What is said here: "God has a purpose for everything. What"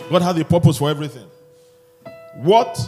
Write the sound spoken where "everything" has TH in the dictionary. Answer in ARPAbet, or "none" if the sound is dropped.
TH